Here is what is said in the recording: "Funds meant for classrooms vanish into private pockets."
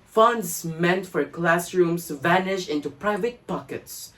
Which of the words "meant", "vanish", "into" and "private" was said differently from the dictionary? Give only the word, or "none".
none